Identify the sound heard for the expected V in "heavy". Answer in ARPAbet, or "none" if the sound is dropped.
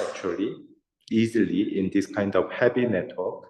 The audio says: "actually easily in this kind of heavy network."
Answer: P